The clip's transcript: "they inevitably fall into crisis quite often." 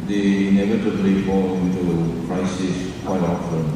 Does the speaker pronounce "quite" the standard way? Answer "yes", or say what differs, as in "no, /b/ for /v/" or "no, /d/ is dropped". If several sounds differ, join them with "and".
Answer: no, /t/ is dropped